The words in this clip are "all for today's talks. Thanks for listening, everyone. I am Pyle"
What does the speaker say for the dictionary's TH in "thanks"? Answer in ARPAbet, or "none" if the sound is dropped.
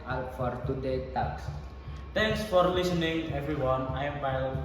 T